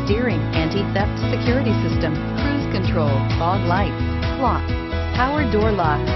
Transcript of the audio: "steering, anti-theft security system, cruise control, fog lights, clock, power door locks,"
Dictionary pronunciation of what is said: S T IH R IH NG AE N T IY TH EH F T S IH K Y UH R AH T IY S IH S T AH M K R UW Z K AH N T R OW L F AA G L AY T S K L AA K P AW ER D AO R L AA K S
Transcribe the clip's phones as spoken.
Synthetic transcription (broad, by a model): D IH R IH NG AE N T IY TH EH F T S IH K Y UH R AH T IY S IH S T AH M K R UW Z K AH N T R OW L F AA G L AY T K L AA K P AW ER D AO R L AA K